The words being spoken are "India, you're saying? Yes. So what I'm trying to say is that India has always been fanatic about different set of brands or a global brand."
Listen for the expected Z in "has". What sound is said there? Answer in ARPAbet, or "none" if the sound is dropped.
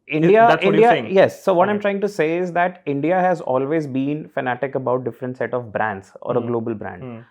Z